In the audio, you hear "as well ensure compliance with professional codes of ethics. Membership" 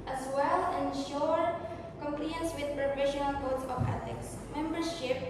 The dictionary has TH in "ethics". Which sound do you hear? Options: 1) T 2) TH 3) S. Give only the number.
1